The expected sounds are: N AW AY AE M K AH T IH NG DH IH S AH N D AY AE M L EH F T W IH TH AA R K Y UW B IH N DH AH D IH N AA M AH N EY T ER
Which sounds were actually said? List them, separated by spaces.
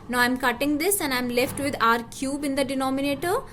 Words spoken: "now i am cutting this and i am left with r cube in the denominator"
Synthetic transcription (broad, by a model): N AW AY M K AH T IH NG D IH S AH N D AY M L EH F T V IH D AA R K Y UW B IH N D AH D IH N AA M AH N EY T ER